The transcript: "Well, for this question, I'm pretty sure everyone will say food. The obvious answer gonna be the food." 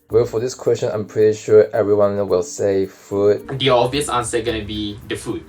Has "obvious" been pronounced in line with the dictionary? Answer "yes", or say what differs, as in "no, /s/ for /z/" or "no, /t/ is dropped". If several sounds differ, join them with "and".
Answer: no, /b/ is dropped